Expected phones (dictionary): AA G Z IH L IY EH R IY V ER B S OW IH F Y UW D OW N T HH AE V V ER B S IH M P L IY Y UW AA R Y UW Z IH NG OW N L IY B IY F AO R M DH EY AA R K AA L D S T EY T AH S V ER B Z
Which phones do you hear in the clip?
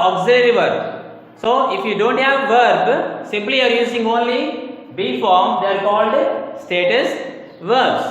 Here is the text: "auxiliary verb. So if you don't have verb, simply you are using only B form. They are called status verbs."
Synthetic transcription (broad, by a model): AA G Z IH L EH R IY V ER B S OW IH F Y UW D OW N T HH AE V V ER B S IH M P L IY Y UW AA R Y UW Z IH NG OW N L IY B IY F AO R M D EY AA R K AA L D S T EY T AH S V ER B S